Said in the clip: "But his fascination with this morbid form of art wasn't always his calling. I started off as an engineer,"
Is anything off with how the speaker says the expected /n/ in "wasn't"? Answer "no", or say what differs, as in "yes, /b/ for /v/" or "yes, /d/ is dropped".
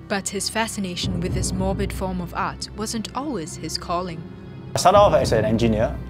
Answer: no